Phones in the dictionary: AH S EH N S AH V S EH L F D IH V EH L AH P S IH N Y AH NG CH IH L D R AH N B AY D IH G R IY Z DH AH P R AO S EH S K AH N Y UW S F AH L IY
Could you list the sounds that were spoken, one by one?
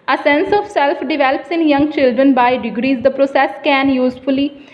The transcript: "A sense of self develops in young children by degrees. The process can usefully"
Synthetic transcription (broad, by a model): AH S EH N S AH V S EH L F D IH V EH L AH P S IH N Y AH NG CH IH L D R AH N B AY D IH G R IY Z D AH P R AO S EH S K AH N Y UW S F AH L IY